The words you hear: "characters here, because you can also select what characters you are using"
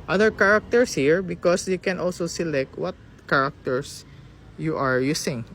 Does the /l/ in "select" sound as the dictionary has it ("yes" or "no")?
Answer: yes